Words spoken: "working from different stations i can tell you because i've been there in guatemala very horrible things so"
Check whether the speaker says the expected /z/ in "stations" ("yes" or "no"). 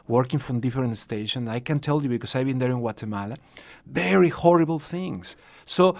no